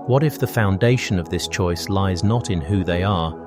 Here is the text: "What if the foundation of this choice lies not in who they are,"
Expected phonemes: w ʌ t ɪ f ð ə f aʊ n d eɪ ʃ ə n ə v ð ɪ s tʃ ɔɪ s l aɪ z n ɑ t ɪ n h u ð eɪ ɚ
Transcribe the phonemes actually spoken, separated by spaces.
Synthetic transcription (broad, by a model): w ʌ t ɪ f ð ə f aʊ n d eɪ ʃ ə n ə v ð ɪ s tʃ ɔɪ s l aɪ z n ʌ t ɪ n h u ð eɪ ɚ